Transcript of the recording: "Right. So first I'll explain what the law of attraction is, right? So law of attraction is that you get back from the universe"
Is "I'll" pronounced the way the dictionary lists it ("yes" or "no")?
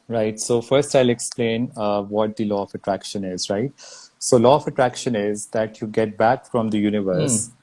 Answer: yes